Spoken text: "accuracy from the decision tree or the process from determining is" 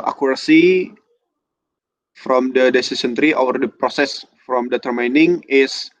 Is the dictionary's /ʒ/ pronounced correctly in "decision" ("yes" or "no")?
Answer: no